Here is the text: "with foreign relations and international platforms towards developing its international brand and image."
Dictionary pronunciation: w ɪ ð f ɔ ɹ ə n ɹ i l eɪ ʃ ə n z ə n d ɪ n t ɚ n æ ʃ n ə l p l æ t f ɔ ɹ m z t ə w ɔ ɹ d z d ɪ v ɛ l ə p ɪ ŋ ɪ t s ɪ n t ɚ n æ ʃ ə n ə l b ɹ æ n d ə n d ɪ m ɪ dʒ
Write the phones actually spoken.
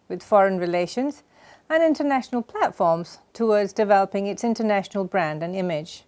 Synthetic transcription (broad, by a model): w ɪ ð f ɔ ɹ ə n ɹ i l eɪ ʃ ə n z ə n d ɪ n t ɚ n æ ʃ n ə l p l æ t f ɔ ɹ m z t ə w ɔ ɹ d z d ɪ v ɛ l ə p ɪ ŋ ɪ t s ɪ n t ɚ n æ ʃ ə n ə l b ɹ æ n d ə n ɪ m ɪ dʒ